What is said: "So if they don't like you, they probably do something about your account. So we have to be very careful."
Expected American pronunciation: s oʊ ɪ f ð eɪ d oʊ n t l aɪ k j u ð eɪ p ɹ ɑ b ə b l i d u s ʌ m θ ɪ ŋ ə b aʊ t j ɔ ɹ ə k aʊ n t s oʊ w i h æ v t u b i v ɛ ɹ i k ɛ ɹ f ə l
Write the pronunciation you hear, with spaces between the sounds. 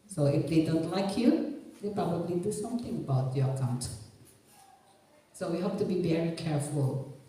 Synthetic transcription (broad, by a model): s oʊ ɪ f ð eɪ d oʊ n t l aɪ k j u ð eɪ p ɹ ɑ b ə b l i d u s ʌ m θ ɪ ŋ ə b aʊ t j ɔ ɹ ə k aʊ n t s oʊ w i h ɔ p t u b i v ɛ ɹ i k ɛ ɹ f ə l